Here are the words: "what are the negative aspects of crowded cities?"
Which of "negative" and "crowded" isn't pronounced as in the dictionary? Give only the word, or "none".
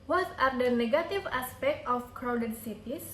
none